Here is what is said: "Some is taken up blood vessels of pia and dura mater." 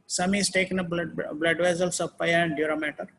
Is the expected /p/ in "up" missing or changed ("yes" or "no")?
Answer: yes